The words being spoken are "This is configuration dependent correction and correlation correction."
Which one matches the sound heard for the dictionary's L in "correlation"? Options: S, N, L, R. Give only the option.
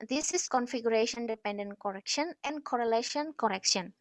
L